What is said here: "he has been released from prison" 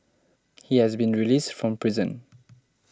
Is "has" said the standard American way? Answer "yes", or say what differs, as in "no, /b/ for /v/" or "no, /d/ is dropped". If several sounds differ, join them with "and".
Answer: yes